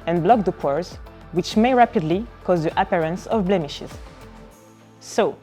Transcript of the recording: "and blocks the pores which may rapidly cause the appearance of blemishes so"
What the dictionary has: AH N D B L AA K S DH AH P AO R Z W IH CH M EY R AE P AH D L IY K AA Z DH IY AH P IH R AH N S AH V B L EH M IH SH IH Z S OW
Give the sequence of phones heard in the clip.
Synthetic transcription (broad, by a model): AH N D B L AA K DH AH P AO R Z W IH CH M EY R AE P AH D L IY K AA Z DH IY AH P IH R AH N S AH V B L EH M IH SH IH Z S OW